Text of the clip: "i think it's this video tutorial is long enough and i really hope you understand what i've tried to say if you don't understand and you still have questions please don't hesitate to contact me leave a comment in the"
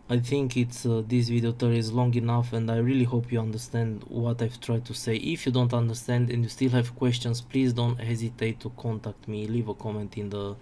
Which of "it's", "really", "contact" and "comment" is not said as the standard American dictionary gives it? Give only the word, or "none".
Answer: none